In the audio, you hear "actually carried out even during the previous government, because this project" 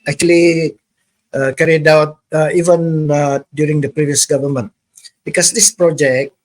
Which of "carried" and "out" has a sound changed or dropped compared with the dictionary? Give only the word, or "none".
none